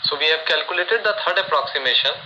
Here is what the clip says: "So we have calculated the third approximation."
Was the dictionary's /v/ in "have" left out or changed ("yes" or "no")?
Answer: yes